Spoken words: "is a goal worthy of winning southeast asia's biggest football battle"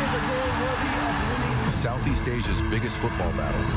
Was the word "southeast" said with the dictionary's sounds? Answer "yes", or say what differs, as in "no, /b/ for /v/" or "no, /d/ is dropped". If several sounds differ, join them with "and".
yes